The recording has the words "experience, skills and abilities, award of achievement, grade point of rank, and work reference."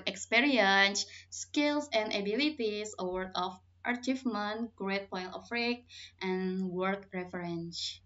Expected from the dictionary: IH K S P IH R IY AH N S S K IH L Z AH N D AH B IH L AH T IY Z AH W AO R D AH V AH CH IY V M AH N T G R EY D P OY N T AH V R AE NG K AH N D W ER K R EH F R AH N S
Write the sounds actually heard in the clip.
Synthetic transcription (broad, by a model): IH K S P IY R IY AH N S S K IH L S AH N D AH B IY L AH T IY S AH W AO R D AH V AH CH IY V M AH N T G R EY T P OY N T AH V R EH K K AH N W ER K R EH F R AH N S